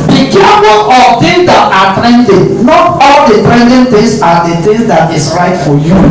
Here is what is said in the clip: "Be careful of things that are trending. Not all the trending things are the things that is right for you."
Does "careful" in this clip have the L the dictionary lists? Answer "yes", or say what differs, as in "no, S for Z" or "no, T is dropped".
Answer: no, N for L